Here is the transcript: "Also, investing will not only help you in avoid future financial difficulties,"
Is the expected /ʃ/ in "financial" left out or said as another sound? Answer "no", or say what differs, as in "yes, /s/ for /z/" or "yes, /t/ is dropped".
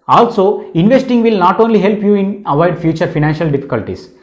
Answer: no